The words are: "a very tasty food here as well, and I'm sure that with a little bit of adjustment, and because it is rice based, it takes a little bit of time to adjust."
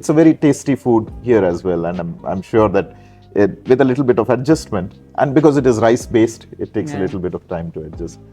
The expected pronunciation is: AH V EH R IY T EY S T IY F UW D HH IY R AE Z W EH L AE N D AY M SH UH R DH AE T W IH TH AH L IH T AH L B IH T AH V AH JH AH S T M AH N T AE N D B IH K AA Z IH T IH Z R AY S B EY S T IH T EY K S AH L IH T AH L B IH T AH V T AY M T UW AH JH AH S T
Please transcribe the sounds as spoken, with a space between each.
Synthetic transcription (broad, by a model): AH V EH R IY T EY S T IY F UW D HH IY R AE Z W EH L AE N D AY M SH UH R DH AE T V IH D AH L IH T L B IH T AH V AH JH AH S T M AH N T AE N D B IH K AA Z IH T IH Z R AY S B EY S T IH T EY K S AH L IH T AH L B IH T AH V T AY M T UW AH JH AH S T